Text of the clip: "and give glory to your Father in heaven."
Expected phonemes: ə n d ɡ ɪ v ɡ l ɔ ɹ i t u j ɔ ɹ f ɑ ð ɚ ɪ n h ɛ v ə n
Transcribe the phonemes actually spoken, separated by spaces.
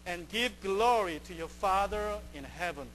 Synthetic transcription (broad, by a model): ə n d ɡ ɪ v ɡ l ɔ ɹ i t u j ɔ ɹ f ɑ ð ɚ ɪ n h ɛ v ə n